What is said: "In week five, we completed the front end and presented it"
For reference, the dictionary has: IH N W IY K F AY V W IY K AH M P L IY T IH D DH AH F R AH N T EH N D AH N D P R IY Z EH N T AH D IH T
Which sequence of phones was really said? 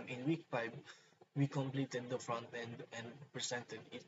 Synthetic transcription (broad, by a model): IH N W IY K P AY B W IY K AH M P L IY T IH D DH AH F R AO N T EH N D AH N D P R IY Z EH N T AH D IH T